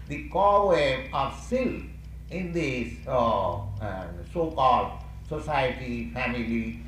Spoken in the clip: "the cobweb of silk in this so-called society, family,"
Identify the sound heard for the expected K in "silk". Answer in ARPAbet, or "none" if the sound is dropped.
none